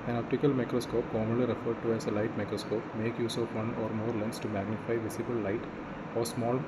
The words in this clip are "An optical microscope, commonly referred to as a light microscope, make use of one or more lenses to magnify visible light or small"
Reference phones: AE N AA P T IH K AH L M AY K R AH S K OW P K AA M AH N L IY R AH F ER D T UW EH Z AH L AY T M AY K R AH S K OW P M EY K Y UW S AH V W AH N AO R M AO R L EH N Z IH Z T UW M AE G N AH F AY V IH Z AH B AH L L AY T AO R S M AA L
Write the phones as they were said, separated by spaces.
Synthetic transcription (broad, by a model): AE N AA P T IH K AH L M AY K R AH S K OW P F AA M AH L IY R AH F ER D T UW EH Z AH L AY T M AY K R AH S K OW P M EY K Y UW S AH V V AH N AO R M AO R L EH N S T UW M AE G N AH F AY V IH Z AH B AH L L AY T AO R S M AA L